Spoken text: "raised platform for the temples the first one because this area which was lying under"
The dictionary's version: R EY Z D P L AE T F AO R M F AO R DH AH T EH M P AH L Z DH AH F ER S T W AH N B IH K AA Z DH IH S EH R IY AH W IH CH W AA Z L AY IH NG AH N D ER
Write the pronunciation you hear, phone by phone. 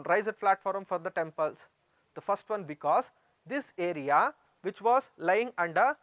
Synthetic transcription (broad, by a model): R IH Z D F L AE T F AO R M F AO R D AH T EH M P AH L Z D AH F ER S T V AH N B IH K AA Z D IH S EH R IY AH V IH CH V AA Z L AY IH NG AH N D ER